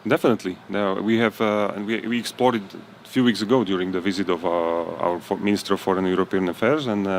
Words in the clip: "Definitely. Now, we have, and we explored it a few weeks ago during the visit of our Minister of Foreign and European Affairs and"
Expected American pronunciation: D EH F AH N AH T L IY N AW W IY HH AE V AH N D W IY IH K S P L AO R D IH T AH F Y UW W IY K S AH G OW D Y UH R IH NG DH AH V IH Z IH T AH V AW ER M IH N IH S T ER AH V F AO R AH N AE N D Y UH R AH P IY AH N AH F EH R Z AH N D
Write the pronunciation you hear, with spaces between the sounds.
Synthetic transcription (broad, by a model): D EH F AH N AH T L IY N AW W IY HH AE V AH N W W IY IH K S P L AO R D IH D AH F Y UW W IY K S AH G OW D Y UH R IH NG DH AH V IH Z IH T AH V AW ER M IH N IH S T ER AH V F AO R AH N N Y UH R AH P IY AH N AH F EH R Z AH N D